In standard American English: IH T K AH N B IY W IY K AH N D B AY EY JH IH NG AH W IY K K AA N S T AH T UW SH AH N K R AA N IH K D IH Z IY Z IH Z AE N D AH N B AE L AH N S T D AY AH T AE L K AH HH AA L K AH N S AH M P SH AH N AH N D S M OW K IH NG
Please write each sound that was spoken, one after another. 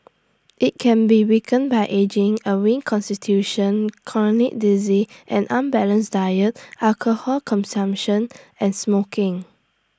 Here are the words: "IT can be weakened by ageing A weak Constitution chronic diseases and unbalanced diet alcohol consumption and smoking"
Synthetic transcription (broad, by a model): IH T K AH N B IY W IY K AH N B AY EY JH IH NG AH W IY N K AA N S T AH T UW SH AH N K L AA N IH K D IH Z IY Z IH N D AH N B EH L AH N S D AY AH T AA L K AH HH AA L K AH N S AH M P SH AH N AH N S M OW K IH NG